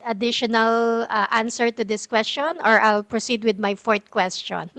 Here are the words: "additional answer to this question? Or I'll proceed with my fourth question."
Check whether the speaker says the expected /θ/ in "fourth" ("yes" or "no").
no